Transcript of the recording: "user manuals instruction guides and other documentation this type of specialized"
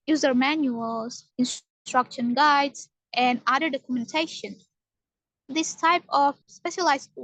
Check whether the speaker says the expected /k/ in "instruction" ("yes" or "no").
yes